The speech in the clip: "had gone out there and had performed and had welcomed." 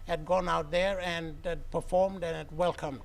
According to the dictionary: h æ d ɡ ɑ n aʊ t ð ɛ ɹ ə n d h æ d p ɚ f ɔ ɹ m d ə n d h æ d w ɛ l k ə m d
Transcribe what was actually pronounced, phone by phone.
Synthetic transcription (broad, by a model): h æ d ɡ ɑ n aʊ t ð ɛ ɹ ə n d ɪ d p ɚ f ɔ ɹ m d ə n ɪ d w ɛ l k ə m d